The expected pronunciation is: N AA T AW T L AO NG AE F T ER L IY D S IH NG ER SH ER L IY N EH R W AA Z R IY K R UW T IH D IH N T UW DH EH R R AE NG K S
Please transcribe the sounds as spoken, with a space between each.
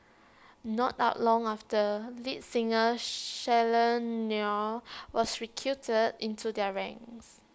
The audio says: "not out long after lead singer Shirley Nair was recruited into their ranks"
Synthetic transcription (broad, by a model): N AA T AW T L AO NG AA F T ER L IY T S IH NG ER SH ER L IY N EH W AA S R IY K UW T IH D IH N T UW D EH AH R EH NG S